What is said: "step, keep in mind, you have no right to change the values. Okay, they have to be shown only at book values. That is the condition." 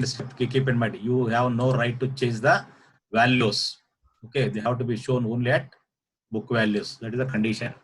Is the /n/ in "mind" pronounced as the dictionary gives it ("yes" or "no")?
no